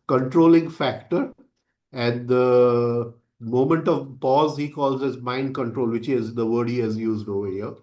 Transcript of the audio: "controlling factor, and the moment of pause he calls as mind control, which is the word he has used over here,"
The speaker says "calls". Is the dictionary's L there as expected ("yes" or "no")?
yes